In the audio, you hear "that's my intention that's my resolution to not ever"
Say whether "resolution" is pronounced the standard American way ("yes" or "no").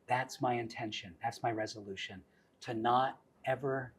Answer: yes